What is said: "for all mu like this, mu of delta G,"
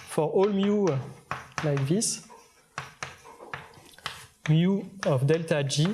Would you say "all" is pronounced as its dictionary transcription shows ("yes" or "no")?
yes